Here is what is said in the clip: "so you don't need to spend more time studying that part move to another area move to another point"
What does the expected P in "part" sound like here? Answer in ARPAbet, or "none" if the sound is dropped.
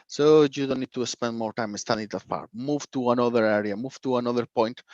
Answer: F